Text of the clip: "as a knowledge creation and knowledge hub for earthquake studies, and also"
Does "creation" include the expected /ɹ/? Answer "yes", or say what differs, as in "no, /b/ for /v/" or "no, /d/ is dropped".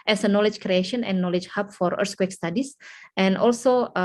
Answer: yes